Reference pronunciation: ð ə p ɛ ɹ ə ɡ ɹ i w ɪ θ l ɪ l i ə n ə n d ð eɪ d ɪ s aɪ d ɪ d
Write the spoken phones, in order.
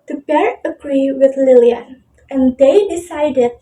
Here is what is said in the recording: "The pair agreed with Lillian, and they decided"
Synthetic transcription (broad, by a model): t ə b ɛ ɹ ə ɡ ɹ i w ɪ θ l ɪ l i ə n ə n d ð eɪ d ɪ s aɪ d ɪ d